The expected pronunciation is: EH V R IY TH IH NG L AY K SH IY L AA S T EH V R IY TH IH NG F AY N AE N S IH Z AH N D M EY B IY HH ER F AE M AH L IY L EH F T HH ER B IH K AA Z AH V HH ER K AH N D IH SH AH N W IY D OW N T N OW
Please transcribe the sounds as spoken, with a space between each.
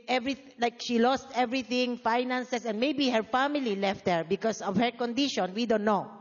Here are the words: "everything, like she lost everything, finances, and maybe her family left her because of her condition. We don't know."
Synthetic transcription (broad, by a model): EH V R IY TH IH L AY K SH IY L AA S T EH V R IY TH IH NG F AY N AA N S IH S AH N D M EY B IY HH ER F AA M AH L IY L EH F T HH ER B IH K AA S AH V HH ER K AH N D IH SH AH N W IY D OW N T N OW